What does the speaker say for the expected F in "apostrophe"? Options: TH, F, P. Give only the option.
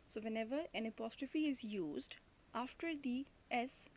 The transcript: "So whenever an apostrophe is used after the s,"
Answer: F